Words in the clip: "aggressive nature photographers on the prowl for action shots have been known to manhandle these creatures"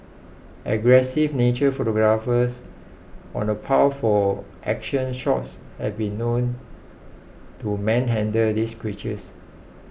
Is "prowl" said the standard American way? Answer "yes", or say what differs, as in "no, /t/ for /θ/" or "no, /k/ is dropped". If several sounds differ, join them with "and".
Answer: no, /ɹ/ is dropped